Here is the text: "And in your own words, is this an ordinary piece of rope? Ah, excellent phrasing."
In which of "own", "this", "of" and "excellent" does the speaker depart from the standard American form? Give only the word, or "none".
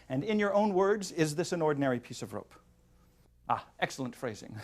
none